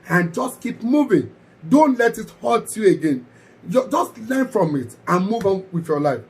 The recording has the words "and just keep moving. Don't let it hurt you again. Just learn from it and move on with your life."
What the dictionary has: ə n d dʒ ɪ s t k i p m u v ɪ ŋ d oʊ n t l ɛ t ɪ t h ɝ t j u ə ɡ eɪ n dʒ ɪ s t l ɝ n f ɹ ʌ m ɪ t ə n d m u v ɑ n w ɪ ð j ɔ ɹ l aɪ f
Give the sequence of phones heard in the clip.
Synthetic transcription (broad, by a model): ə n dʒ ɪ s t k i p m u v ɪ ŋ d oʊ n t l ɛ t ɪ t h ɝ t j u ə ɡ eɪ n dʒ ɪ s t l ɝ n f ɹ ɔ m ɪ t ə n m u v ɑ n w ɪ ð j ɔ l aɪ f